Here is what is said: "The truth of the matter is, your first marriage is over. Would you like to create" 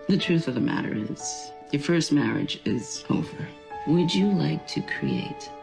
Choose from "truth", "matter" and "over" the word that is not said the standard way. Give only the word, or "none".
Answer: none